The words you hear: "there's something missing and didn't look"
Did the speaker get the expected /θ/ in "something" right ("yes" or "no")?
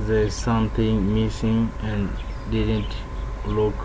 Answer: no